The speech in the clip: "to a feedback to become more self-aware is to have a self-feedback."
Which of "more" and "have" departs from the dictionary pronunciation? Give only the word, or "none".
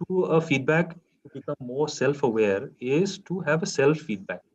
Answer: none